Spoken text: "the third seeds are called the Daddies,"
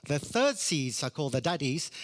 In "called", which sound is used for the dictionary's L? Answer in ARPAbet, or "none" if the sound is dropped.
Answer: L